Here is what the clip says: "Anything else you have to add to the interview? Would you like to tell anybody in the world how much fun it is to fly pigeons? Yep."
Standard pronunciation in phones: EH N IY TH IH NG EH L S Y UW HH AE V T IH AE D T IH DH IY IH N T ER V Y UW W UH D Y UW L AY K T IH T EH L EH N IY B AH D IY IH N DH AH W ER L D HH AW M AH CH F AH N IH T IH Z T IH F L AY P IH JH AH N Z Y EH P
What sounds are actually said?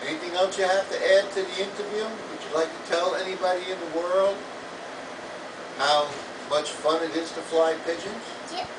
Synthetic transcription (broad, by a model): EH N IY TH IH NG EH L S Y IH HH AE F T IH AE D T IH DH IY IH N T ER V Y UW W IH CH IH L AY K T IH T EH L EH N IY B AH D IY IH N DH AH W ER L D HH AW M AH CH F AH N IH T IH Z T IH F L AY P IH JH AH N Z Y